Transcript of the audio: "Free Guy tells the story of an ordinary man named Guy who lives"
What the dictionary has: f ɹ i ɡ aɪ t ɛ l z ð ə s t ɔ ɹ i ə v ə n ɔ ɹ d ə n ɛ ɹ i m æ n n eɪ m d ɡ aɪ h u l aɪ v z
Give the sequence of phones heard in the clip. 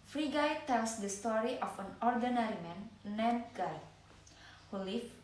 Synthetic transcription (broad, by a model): f ɹ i ɡ aɪ t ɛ l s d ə s t ɔ ɹ i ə f ə n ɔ ɹ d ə n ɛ ɹ i m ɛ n n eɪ d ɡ aɪ h u l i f